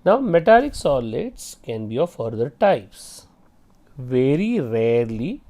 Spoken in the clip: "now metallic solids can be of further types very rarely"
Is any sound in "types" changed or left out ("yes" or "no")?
no